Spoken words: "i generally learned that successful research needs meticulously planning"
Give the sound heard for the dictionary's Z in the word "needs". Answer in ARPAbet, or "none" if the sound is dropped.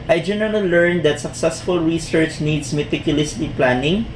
S